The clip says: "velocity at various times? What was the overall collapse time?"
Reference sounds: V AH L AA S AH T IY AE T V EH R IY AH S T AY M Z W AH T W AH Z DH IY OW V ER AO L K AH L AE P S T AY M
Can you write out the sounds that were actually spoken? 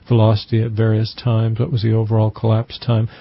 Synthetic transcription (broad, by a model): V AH L AA S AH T IY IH T V EH R IY AH S T AY M Z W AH T W AH Z DH IY OW V ER AO L K AH L AE P S T AY M